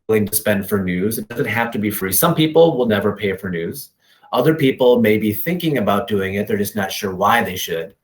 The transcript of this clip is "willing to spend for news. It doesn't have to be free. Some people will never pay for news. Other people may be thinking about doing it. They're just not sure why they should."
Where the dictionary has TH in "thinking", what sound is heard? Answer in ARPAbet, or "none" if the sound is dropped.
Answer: TH